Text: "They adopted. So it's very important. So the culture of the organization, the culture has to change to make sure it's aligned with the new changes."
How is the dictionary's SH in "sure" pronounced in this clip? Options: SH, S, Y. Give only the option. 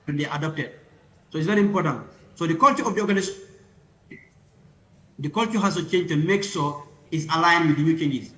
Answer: S